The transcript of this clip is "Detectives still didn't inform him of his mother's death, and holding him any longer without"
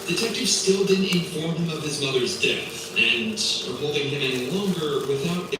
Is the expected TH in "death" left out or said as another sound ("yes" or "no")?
no